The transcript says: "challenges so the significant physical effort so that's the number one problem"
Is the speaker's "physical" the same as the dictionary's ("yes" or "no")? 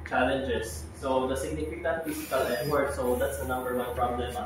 no